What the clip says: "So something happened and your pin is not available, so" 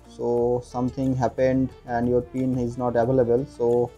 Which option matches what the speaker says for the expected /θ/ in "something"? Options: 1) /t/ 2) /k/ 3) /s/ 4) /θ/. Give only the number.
1